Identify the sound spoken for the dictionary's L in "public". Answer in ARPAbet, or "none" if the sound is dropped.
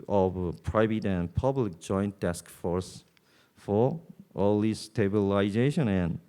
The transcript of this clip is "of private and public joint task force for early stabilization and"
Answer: L